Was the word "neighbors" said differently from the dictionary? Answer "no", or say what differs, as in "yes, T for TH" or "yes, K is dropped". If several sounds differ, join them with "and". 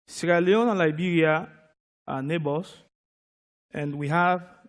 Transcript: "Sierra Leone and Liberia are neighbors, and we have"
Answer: yes, S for Z